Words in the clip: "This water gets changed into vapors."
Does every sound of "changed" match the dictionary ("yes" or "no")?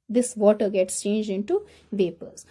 yes